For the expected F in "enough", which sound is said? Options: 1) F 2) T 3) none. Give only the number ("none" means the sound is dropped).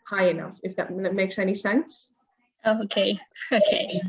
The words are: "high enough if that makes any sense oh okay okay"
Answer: 1